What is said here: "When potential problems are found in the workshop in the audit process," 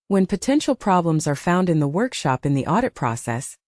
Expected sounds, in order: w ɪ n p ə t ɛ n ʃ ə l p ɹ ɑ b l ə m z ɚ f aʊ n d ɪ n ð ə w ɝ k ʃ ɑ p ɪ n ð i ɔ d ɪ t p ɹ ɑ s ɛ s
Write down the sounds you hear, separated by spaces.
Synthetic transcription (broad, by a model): w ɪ n p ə t ɛ n ʃ l p ɹ ɑ b l ə m z ɚ f aʊ n d ɪ n ð ə w ɝ k ʃ ɑ p ɪ n ð i ɔ d ɪ t p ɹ ɑ s ɛ s